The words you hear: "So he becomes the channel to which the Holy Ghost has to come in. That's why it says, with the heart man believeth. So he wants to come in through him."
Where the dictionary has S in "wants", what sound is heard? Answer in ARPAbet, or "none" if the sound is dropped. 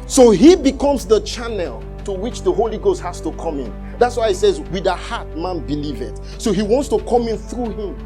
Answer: S